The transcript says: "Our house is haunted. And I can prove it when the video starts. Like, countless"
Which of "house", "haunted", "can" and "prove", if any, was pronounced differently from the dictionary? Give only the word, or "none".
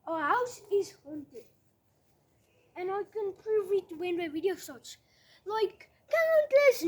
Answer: none